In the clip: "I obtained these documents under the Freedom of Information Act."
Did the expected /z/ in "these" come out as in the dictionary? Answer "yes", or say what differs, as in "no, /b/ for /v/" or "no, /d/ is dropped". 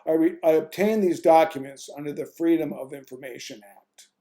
yes